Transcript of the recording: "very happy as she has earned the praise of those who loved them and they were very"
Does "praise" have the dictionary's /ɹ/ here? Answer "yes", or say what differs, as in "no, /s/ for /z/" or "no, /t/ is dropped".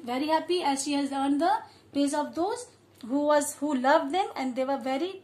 no, /ɹ/ is dropped